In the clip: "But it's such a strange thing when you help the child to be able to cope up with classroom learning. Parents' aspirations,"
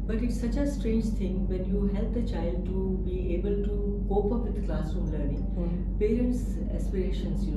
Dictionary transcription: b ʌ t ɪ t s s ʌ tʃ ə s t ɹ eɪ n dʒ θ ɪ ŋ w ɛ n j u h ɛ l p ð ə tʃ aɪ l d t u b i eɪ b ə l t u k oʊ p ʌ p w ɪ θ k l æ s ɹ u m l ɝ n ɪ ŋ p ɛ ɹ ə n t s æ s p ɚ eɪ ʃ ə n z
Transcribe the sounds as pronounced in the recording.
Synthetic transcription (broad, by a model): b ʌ t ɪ t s s ʌ tʃ ə s t ɹ eɪ n dʒ t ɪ ŋ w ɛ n j u h ɛ l p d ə tʃ aɪ l d t u b i eɪ b ə l t u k oʊ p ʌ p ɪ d k l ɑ s u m l ɝ n ɪ ŋ p ɛ ɹ ə n t s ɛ s p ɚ eɪ ʃ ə n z